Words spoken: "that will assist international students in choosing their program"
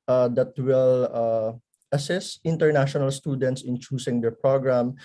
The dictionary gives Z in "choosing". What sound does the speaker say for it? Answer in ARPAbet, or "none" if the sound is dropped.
S